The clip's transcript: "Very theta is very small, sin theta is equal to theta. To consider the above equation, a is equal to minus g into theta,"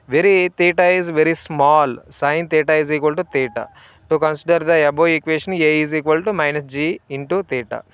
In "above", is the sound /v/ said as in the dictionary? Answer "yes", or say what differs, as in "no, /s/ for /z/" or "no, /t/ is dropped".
no, /v/ is dropped